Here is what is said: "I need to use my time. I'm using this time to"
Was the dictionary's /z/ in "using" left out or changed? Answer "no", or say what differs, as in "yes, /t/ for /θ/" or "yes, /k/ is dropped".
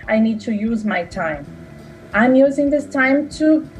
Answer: no